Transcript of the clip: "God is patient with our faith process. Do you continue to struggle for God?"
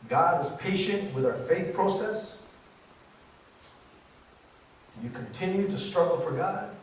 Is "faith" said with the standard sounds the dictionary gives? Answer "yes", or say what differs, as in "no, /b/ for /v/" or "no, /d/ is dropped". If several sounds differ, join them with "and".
yes